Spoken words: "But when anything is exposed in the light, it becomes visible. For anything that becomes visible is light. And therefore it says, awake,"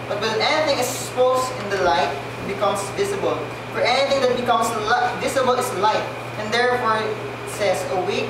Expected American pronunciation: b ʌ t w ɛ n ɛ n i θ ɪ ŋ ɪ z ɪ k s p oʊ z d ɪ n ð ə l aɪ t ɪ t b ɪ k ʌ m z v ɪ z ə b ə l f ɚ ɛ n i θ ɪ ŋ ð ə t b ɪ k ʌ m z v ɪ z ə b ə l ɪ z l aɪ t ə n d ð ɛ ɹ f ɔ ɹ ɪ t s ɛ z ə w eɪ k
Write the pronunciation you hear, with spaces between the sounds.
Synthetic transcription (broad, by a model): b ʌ t w ɛ n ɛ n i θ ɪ ŋ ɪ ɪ s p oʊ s ɪ n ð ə l aɪ t ɪ t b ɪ k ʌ m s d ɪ s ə b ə l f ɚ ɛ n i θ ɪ ŋ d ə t b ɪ k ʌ m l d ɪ s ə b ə l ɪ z l aɪ t ə n d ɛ ɹ f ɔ ɹ ɪ t s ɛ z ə w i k